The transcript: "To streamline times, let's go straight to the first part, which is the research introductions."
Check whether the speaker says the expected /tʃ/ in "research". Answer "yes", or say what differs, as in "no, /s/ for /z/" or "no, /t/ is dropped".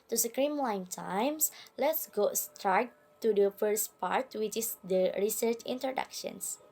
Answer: yes